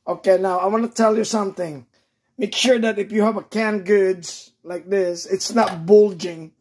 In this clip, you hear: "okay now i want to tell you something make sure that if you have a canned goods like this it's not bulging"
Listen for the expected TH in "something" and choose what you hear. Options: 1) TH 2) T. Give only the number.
1